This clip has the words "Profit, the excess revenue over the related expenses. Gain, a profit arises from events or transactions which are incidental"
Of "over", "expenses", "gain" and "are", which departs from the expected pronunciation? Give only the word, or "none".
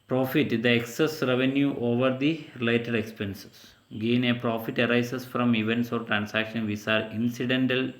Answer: expenses